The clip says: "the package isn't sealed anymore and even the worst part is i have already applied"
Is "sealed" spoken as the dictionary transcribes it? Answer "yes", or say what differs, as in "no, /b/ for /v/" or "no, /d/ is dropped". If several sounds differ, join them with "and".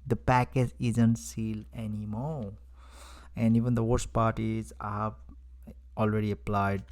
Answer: no, /d/ is dropped